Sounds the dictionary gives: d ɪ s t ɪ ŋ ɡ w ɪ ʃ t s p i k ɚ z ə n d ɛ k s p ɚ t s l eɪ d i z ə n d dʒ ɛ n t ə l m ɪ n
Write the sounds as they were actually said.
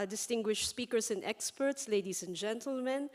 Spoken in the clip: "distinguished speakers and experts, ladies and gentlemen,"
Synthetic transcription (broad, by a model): d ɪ s t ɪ ŋ ɡ w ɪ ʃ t s p i k ɚ s ə n d ɛ k s p ɚ t s l eɪ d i s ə n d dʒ ɛ n t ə l m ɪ n